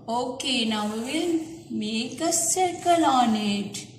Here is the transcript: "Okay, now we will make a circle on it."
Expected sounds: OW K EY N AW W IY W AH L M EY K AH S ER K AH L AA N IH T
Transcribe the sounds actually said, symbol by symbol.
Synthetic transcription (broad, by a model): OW K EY N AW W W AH N M EY K AH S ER K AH L AA N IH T